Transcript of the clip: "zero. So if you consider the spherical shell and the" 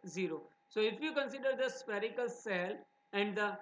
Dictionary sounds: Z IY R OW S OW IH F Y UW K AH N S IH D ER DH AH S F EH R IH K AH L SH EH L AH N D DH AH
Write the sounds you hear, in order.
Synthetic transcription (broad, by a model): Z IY R OW S OW IH F Y UW K AH N S IH D ER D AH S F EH R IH K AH L S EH L AH N D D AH